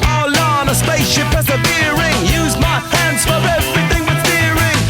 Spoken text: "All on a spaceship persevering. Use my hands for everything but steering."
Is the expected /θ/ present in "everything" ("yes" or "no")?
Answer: yes